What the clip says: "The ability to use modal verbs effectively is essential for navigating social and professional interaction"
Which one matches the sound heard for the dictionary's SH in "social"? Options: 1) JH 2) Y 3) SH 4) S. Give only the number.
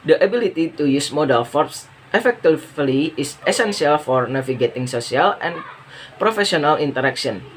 4